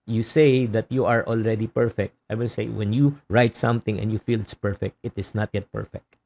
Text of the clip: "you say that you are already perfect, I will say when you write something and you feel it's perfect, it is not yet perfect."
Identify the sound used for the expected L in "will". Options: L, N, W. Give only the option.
N